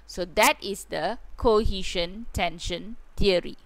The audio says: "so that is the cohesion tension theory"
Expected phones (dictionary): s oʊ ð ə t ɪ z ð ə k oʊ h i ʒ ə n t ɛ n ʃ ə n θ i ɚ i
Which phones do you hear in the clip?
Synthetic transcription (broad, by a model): s oʊ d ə t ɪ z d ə k oʊ h i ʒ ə n t ɛ n ʃ ə n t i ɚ i